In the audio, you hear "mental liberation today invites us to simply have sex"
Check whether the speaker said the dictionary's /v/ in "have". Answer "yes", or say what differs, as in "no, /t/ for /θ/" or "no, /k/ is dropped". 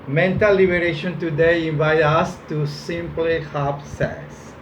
no, /p/ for /v/